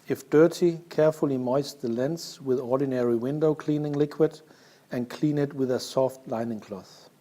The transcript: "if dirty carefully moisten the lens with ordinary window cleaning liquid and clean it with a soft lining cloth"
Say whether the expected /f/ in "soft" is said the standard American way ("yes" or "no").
yes